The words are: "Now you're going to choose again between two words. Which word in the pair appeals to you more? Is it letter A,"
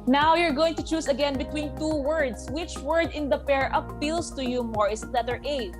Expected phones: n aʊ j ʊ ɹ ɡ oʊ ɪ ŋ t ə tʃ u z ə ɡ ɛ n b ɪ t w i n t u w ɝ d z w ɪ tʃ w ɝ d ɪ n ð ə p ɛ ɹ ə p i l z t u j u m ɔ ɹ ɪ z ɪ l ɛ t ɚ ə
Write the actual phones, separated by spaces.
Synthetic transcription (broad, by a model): n aʊ j ʊ ɹ ɡ oʊ ɪ ŋ t ə tʃ u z ə ɡ ɛ n b ɪ t w i n t u w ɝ d s w ɪ tʃ w ɝ d ɪ n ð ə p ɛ ɹ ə p i l s t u j u m ɔ ɹ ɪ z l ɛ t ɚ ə